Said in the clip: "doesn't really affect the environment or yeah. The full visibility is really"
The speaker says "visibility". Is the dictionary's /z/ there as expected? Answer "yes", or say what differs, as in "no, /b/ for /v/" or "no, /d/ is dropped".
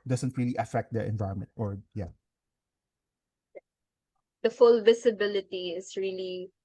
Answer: no, /s/ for /z/